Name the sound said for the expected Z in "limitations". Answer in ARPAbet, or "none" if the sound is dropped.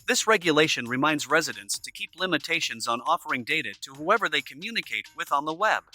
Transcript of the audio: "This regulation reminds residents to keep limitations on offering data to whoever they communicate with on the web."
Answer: Z